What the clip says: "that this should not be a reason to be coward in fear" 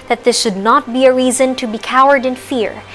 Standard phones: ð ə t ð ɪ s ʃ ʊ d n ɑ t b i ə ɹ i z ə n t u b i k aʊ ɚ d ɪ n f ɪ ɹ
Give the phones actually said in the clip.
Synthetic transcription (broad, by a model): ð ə t ð ɪ s ʃ ʊ d n ɑ t b i ə ɹ i z ə n t u b i k aʊ ɚ d ɪ n f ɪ ɹ